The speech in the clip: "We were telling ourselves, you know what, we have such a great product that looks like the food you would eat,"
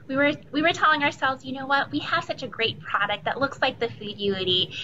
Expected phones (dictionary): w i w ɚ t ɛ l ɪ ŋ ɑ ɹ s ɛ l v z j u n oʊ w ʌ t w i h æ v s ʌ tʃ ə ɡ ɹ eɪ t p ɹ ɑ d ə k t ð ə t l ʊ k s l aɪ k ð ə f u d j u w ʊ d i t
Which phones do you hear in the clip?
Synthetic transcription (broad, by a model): w i w ɚ t ɛ l ɪ ŋ ɑ ɹ s ɛ l v z j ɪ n oʊ w ʌ t w i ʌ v s ʌ tʃ ə ɡ ɹ eɪ t p ɹ ɑ d ə k t ð ə t l ʊ k s l aɪ k ð ə f u d j u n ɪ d i